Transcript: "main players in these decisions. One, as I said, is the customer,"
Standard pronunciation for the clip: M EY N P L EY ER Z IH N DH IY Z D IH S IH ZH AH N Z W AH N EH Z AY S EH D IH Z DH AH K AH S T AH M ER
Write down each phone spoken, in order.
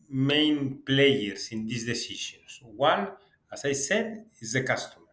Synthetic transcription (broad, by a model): M EY N P L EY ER S IH N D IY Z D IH S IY SH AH N S W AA L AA S AY S EH D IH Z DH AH K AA S T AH M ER